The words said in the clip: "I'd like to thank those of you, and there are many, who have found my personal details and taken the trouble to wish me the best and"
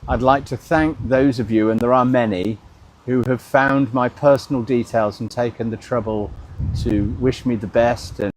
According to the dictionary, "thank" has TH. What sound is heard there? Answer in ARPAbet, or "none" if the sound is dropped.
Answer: TH